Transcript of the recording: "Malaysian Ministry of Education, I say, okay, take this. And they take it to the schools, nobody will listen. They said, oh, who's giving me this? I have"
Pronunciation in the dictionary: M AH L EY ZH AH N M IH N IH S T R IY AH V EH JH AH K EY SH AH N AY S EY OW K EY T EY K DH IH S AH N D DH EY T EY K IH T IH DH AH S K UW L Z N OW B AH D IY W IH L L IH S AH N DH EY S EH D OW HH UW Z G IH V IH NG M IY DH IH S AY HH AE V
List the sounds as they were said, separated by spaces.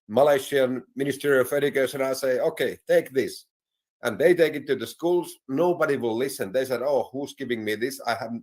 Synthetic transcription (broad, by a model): M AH L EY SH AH N M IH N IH S T R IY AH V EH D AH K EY S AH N AY S EY OW K EY T EY K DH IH S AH N DH EY T EY K IH T IH DH AH S K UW L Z N OW B AH D IY W IH L L IH S AH N DH EY S EH D OW HH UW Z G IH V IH NG M IY DH IH S AY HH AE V